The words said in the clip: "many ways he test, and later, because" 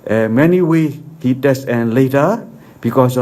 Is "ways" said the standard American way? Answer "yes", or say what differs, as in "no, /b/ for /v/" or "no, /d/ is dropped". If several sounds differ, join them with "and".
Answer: no, /z/ is dropped